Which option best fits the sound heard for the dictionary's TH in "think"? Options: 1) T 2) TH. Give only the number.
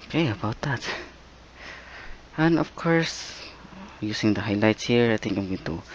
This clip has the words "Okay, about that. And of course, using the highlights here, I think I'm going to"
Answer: 1